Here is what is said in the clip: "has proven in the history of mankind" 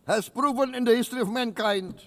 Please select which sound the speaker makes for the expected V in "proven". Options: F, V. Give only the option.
V